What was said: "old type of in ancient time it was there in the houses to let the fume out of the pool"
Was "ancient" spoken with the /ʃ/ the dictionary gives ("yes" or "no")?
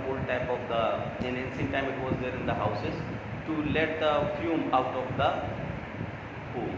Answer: no